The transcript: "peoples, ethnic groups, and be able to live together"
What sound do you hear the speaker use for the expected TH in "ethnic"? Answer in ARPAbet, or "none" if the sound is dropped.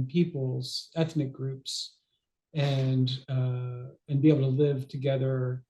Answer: TH